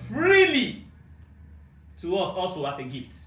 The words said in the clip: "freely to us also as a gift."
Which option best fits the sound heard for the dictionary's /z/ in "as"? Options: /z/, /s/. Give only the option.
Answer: /s/